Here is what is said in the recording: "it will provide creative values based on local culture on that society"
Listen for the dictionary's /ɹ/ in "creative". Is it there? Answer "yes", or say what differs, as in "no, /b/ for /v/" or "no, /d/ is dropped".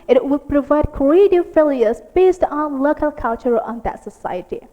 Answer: no, /ɹ/ is dropped